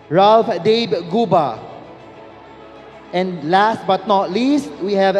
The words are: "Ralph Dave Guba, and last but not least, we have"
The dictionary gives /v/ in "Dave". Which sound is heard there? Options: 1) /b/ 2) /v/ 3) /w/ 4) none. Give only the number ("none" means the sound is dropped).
1